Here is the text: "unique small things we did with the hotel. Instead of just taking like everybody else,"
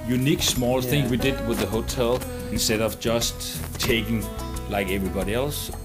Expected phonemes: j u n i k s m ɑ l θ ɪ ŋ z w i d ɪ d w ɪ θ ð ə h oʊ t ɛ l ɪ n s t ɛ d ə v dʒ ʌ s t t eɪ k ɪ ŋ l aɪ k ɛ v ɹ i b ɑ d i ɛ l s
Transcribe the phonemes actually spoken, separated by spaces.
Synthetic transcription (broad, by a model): j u n i k s m ɑ l θ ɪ ŋ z w i d ɪ d w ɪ ð ə h oʊ t ɛ l ɪ n s t ɛ d ə v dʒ ʌ s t t eɪ k ɪ ŋ l aɪ k ɛ v ɹ i b ɑ d i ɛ l s